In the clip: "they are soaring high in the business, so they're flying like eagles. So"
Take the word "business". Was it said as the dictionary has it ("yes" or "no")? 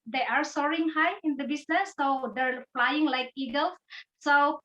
no